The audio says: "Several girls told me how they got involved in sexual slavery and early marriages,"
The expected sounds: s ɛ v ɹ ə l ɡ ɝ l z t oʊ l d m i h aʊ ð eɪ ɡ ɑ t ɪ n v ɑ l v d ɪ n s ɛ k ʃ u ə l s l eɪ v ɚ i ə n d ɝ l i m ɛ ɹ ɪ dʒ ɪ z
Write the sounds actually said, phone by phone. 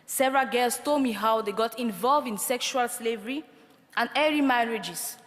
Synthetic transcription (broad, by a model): s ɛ v ɹ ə l ɡ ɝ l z t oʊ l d m i h aʊ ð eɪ ɡ ɑ t ɪ n v ɑ l v d ɪ n s ɛ k ʃ u ə l s l eɪ v ɚ i ə n d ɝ i m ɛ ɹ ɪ dʒ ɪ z